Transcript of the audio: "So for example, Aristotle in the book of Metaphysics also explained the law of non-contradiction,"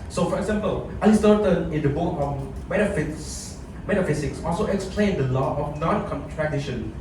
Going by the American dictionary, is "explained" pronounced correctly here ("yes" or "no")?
yes